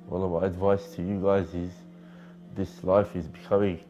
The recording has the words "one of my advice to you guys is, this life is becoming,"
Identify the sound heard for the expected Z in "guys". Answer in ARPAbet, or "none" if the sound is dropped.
Z